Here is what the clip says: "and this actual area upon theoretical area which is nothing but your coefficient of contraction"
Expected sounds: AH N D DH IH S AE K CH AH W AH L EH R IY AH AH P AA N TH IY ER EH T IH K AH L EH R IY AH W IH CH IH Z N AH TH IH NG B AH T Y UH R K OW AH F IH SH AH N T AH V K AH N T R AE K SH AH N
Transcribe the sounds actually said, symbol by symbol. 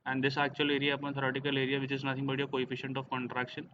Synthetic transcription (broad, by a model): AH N D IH S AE K CH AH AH L EH R IY AH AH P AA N T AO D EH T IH K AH L EH R IY AH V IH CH IH Z N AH T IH NG B AH T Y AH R K OW AH F IH SH AH N T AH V K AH N T R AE K SH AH N